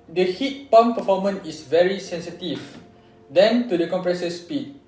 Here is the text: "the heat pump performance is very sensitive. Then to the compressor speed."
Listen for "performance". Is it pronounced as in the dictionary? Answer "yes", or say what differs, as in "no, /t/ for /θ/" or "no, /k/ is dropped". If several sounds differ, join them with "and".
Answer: no, /s/ is dropped